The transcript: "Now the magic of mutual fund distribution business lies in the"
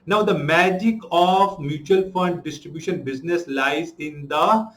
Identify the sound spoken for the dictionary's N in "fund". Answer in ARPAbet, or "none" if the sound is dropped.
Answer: N